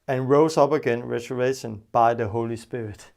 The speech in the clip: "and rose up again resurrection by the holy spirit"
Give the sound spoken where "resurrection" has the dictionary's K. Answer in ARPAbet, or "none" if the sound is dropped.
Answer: none